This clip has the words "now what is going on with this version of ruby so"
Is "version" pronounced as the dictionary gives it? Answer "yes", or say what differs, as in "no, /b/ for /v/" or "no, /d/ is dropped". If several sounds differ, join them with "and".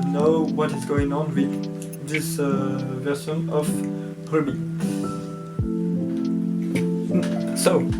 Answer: no, /s/ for /ʒ/